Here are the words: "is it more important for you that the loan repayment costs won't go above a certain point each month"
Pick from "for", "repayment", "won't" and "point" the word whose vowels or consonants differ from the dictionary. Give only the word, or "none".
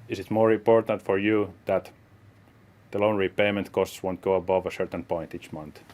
none